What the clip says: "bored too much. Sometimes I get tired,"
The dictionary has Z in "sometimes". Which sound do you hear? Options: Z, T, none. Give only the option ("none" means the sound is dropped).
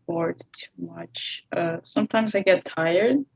Z